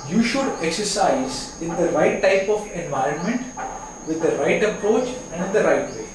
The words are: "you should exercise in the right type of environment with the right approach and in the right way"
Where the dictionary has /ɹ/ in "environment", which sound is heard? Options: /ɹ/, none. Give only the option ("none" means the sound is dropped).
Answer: /ɹ/